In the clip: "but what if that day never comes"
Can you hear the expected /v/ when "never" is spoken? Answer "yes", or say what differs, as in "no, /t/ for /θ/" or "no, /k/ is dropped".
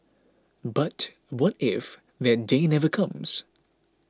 yes